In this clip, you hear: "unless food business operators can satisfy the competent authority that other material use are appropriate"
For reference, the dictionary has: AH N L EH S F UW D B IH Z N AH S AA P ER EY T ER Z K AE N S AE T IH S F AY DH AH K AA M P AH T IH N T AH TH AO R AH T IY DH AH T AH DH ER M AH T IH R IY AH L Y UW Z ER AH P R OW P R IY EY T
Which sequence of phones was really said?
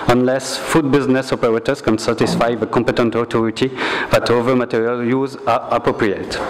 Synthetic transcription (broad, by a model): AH N L EH S F UW D B IH Z N AH S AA P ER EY T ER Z K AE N S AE T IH S F AY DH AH K AA M P AH T IH N T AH T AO R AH T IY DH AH T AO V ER M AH T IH R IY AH L Y UW Z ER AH P R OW P R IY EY T